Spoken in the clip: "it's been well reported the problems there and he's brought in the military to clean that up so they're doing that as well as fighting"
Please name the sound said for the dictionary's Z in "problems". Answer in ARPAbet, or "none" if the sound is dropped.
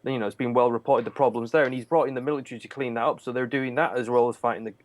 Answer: Z